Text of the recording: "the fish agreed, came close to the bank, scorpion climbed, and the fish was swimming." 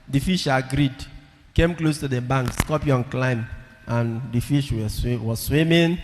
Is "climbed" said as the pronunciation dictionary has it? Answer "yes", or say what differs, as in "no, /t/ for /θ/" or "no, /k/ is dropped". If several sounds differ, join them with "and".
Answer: no, /d/ is dropped